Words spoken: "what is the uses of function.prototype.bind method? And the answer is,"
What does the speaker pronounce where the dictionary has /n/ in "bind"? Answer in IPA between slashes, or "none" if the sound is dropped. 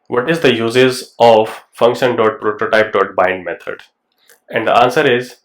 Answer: /n/